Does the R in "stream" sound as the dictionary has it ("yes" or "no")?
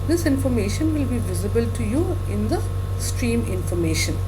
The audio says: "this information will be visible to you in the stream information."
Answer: yes